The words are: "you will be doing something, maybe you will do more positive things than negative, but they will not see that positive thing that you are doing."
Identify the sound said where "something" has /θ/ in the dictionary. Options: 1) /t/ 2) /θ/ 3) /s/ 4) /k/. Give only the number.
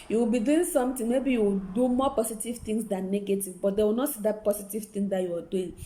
1